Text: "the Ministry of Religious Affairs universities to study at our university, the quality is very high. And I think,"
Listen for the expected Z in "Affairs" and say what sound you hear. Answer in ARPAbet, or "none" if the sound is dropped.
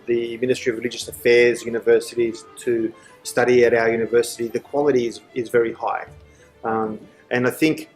Z